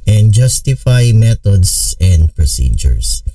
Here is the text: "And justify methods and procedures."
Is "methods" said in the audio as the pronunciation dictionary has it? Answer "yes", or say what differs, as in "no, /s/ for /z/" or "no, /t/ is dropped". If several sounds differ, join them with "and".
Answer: no, /t/ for /θ/ and /s/ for /z/